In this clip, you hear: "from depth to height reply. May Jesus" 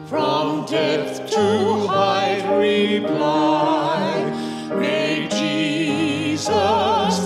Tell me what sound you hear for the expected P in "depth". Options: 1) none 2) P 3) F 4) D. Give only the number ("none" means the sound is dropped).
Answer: 1